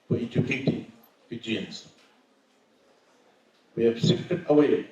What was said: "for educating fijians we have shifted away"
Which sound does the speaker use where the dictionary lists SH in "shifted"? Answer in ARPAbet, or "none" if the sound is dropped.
S